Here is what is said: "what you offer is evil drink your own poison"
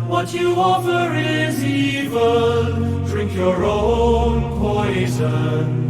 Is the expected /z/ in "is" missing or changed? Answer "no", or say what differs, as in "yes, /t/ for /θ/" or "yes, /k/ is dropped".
no